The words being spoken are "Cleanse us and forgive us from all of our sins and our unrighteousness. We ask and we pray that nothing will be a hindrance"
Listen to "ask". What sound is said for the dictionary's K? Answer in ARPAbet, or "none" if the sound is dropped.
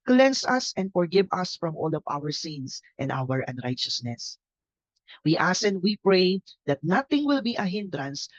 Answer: none